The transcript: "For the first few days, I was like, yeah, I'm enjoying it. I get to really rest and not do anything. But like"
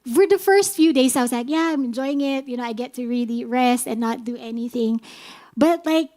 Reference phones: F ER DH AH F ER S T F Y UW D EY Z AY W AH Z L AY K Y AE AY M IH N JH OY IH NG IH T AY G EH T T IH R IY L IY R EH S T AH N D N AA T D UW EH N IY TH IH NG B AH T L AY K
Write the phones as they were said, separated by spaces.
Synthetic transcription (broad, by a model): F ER DH AH F ER S T F Y UW D EY Z AY W AH Z L AY K Y AE AY M IH N JH OY IH NG IH T AY G EH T T IH R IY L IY R EH S T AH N N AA T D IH EH N IY TH IH NG B AH T L AY K